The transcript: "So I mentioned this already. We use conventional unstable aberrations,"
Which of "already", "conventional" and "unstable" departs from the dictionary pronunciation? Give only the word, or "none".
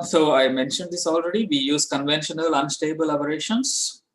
none